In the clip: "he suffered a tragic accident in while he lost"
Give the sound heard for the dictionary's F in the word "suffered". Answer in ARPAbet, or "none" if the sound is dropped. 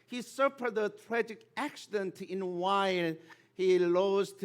P